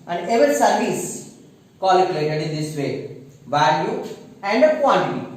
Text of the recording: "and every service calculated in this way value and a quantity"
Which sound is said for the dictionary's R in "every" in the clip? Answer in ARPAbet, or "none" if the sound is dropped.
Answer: none